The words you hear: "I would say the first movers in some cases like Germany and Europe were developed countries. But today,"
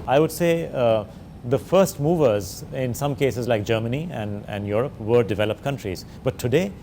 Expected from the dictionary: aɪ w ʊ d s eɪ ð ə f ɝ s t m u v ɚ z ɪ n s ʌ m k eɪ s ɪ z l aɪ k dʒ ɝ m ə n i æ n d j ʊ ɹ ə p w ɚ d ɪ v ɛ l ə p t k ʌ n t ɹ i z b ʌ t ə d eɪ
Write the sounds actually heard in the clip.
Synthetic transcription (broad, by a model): aɪ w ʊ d s eɪ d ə f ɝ s t m u v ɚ z ɪ n s ʌ m k eɪ s ɪ z l aɪ k dʒ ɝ m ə n i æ n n j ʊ ɹ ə p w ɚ d ɪ v ɛ l ə p t k ʌ n t ɹ i z b ʌ t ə d eɪ